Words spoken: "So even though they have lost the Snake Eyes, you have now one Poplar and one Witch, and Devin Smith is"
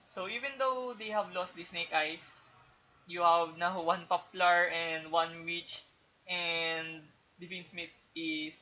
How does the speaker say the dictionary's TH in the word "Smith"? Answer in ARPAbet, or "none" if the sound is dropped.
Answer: T